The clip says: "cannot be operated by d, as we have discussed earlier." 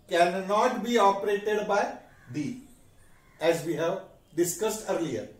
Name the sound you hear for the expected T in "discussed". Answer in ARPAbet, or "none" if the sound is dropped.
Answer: T